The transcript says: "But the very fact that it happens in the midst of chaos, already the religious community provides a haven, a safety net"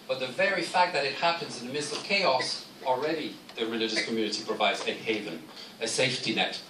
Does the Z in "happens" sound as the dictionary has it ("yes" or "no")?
yes